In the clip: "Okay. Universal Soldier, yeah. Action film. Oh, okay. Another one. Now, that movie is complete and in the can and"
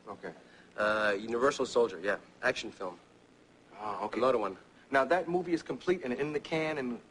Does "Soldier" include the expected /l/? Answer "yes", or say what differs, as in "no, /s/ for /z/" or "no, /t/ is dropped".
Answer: yes